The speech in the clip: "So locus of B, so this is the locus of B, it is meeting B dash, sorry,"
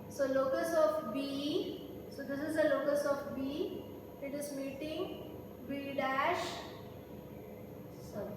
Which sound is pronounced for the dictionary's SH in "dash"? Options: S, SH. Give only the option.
SH